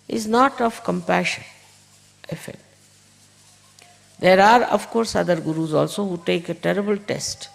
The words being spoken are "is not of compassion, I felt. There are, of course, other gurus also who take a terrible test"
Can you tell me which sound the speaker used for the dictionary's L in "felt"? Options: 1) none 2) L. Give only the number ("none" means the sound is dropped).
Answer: 1